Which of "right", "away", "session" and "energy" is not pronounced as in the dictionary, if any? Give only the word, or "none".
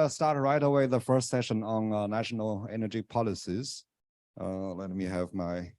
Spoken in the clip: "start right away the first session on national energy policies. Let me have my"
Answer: none